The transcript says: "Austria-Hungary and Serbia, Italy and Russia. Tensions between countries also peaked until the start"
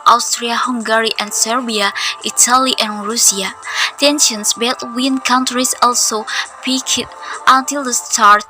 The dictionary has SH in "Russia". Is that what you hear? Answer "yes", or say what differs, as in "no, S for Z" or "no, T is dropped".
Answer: no, S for SH